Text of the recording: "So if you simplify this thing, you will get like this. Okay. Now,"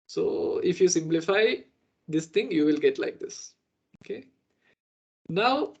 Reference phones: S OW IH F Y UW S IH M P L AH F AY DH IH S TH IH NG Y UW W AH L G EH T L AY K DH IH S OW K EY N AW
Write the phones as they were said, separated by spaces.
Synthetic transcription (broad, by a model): S OW IH F Y UW S IH M P L AH F AY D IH S T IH NG Y UW W AH L G EH T L AY K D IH S OW K EY N AW